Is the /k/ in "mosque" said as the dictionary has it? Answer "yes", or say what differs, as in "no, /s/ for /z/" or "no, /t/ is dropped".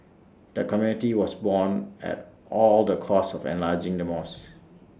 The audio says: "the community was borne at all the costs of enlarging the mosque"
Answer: no, /k/ is dropped